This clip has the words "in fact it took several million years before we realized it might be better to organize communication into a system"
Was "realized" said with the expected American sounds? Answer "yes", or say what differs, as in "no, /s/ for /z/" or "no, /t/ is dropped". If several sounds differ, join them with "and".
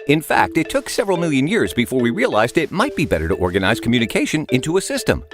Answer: yes